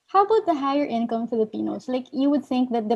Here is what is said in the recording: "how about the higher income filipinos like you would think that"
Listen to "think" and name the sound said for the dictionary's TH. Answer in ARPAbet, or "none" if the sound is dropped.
TH